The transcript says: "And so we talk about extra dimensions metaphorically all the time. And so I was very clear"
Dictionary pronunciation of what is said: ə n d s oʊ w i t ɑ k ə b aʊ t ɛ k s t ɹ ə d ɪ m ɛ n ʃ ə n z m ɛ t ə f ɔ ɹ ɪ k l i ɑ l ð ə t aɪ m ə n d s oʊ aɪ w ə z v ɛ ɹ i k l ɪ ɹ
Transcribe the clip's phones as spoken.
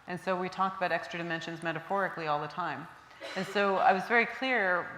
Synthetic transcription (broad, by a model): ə n s oʊ w i t ɑ k ə b aʊ t ɛ k s t ɹ ə d ɪ m ɛ n ʃ ə n z m ɛ t ə f ɔ ɹ ɪ k l i ɑ l ð ə t aɪ m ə n s oʊ aɪ w ə z v ɛ ɹ i k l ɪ ɹ